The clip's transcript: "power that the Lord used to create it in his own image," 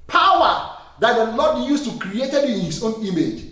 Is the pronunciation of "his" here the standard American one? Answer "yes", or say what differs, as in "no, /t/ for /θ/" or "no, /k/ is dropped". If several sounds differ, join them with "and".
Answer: no, /s/ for /z/